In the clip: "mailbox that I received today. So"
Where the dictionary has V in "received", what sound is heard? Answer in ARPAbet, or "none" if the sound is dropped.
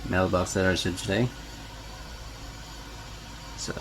none